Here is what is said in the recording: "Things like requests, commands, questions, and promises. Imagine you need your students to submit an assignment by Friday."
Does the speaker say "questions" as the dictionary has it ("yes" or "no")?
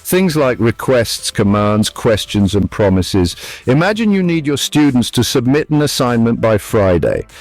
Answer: yes